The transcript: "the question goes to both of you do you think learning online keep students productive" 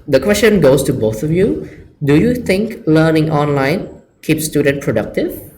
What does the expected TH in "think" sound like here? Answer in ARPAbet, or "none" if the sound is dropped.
T